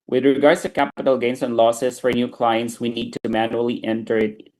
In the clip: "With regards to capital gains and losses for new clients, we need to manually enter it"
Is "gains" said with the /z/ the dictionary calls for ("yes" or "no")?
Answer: no